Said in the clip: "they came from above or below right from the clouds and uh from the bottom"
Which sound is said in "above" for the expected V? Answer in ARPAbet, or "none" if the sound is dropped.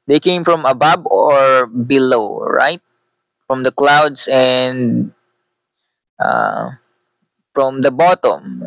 B